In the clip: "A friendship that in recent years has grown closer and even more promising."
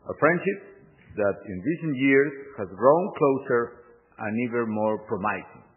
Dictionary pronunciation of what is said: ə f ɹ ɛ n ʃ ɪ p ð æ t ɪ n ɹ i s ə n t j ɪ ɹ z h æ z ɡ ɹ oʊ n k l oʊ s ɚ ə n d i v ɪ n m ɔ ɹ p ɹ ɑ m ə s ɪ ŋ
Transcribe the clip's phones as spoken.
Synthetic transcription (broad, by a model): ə f ɹ ɛ n ʃ ɪ p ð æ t ɪ n ɹ i s ə n t j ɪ ɹ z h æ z ɡ ɹ oʊ n k l oʊ s ɚ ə n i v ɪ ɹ m ɔ ɹ p ɹ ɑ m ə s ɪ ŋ